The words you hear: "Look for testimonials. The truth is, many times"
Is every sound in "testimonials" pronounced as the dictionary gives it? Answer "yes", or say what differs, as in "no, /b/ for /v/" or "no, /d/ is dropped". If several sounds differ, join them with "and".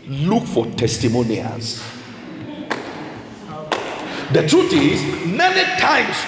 no, /l/ is dropped